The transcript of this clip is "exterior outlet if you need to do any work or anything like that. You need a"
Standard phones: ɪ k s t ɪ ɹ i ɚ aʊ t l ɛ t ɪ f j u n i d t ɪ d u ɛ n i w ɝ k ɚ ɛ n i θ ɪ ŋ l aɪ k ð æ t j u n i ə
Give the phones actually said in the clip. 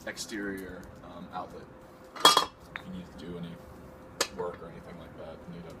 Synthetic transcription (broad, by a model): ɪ k s t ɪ ɹ i ɚ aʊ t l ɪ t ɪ n i d t ɪ d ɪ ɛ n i w ɝ k ɚ ɛ n i θ ɪ ŋ l aɪ k ð æ t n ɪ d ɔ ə